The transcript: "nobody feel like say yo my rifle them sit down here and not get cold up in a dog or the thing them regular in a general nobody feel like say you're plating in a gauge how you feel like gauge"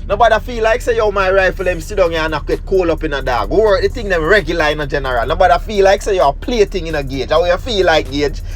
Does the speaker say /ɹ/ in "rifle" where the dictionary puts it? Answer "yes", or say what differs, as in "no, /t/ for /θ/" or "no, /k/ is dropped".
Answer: yes